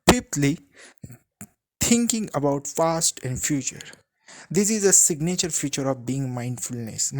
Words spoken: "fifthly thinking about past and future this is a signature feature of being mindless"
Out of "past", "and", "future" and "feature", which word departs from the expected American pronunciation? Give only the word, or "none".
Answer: past